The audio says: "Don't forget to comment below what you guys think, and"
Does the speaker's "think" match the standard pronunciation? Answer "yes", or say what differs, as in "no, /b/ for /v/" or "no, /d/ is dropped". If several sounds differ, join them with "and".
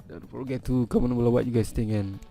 no, /k/ is dropped